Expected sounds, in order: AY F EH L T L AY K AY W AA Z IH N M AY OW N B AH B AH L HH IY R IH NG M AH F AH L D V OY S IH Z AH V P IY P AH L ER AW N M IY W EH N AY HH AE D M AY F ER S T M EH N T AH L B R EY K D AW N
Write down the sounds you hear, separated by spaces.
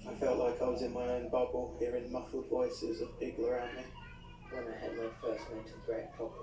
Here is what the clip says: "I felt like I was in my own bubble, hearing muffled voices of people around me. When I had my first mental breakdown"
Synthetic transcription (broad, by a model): AY F EH L T L AY K AY W AA Z IH N M AY OW N B AH B AH L HH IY R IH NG M AH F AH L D V OY S IH Z AH V B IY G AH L ER AW N M IY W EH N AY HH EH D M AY F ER S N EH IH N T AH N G R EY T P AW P